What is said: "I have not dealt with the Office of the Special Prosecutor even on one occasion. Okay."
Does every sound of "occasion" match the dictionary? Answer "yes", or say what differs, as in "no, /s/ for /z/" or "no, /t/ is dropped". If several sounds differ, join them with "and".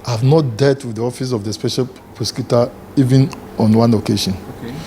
no, /ʃ/ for /ʒ/